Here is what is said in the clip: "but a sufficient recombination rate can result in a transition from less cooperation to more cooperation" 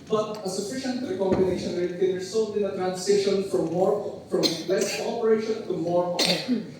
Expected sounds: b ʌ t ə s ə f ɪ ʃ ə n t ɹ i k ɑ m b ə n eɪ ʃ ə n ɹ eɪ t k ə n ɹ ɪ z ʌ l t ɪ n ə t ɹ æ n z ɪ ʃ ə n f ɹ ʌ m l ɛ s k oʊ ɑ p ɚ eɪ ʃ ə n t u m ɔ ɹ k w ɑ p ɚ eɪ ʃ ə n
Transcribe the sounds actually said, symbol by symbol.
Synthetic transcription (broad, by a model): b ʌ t ə s ə f ɪ ʃ ə n t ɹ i k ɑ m b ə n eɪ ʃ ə n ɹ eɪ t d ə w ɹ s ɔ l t ɪ n ə t ɹ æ n s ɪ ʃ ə n f ɹ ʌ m l ɛ s k oʊ ɑ p ɚ eɪ ʃ ə n t u m ɔ ɹ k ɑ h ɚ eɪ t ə